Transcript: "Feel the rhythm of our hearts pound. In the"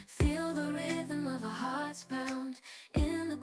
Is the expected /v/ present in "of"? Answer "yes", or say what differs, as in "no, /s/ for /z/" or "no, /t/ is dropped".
yes